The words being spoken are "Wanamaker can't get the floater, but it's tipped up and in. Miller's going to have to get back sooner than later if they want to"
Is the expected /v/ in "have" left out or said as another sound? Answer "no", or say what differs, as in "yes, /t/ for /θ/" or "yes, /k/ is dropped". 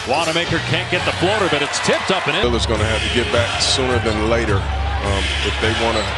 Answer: yes, /f/ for /v/